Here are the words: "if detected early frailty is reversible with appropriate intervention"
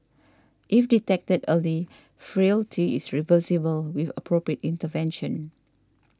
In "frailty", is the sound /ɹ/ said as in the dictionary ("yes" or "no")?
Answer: yes